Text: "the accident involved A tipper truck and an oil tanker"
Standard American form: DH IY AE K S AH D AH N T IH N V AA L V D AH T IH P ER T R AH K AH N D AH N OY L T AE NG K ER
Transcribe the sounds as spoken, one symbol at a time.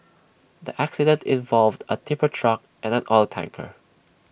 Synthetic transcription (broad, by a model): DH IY AE K S AH D AH N T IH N V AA L V D AH T IH P ER T R AH K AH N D AH N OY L T AE NG K ER